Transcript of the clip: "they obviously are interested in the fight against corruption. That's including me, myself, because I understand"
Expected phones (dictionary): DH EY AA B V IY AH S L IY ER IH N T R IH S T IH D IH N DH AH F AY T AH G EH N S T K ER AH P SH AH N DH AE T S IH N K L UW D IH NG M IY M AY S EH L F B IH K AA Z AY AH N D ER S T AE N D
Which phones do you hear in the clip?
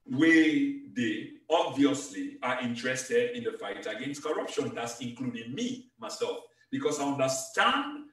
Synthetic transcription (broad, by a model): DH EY AA B V IY AH S L IY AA IH N T R IH S T IH D IH N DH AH F AY T AH G EH N S T K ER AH P SH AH N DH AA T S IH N K L UW D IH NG M IY M AY S EH L F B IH K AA S AY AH N D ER S T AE N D